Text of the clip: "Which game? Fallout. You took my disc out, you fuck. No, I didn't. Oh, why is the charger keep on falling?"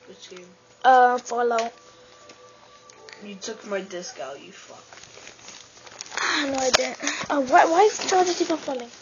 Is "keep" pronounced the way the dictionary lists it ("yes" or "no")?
no